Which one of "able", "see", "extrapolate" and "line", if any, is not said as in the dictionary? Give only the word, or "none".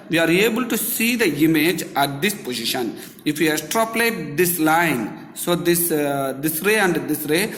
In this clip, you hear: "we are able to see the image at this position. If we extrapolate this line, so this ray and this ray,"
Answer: extrapolate